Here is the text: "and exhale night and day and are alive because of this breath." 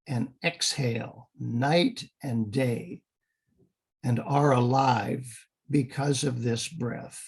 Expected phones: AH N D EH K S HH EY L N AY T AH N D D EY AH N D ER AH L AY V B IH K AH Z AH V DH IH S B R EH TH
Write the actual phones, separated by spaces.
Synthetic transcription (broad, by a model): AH N EH K S HH EY L N AY T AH N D D EY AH N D ER AH L AY V B IH K AH Z AH V DH IH S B R EH TH